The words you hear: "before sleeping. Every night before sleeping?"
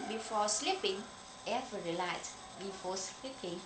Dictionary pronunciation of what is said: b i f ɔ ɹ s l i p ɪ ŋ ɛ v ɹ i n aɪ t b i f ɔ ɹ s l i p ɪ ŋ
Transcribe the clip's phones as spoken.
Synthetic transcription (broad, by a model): b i f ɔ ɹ s l i p ɪ ŋ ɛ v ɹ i l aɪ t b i f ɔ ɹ s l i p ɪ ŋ